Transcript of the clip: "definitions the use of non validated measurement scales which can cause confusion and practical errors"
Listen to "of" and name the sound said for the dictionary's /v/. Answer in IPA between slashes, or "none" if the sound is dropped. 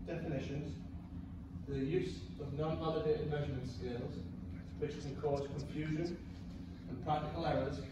/v/